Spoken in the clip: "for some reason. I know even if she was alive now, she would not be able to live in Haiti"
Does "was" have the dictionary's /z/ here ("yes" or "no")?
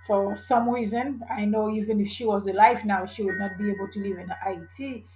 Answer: yes